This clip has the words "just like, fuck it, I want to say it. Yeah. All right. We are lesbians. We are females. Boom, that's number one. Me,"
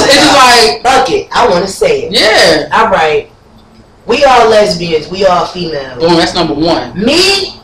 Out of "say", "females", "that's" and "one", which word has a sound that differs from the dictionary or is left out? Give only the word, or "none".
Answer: females